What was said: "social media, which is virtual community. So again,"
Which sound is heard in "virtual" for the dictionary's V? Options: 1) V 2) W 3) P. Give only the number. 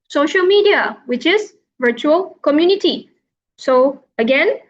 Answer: 1